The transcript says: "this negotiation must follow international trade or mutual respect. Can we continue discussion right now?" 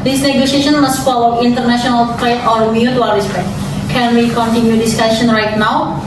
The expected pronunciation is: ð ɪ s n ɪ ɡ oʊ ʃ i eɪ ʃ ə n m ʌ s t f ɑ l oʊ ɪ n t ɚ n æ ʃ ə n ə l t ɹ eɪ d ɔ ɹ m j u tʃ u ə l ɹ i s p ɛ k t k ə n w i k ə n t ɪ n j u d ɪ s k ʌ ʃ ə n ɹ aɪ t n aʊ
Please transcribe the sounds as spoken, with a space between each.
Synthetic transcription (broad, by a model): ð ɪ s n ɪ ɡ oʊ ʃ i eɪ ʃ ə n m ʌ s t f ɑ l oʊ ɪ n t ɚ n æ ʃ ə n ə l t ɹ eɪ ɔ ɹ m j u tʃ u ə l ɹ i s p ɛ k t k ə n w i k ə n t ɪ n j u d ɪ s k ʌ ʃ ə n ɹ aɪ t n aʊ